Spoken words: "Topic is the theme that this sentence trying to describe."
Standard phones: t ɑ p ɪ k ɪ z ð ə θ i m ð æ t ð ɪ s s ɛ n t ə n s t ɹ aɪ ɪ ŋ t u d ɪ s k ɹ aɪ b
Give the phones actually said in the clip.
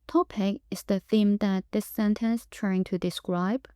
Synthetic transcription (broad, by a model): t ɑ p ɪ k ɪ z ð ə θ i m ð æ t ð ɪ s s ɛ n t ə n s t ɹ aɪ ɪ ŋ t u d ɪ s k ɹ aɪ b